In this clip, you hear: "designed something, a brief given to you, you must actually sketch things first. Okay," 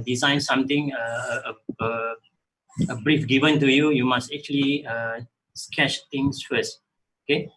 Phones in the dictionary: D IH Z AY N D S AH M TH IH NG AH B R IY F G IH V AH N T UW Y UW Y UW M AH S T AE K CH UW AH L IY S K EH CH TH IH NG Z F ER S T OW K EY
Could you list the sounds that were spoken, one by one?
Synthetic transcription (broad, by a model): D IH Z AY N S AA M T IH NG AH B R IY F G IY V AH N T UW Y UW Y UW M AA S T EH K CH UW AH L IY S K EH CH T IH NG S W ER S OW K EY